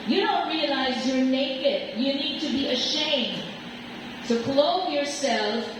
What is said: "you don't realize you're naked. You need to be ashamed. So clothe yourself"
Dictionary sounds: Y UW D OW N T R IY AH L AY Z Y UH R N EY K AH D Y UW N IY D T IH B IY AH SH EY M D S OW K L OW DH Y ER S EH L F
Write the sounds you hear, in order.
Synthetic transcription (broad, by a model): Y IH D OW N T R IY AH L AY Z Y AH R N EY K AH D Y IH N IY D T IH B IY AH SH EY M D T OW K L OW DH Y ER S EH L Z